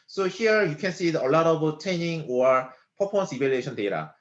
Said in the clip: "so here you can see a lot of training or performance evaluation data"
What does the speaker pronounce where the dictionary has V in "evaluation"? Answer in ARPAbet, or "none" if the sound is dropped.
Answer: B